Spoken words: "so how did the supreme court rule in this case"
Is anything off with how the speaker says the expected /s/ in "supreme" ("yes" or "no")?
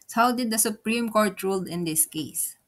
no